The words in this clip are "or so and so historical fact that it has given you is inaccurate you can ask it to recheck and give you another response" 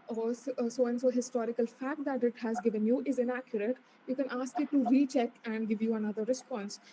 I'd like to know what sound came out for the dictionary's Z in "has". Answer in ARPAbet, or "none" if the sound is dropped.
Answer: Z